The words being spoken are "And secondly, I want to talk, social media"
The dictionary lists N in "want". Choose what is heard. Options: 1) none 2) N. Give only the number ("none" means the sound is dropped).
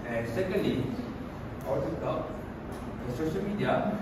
1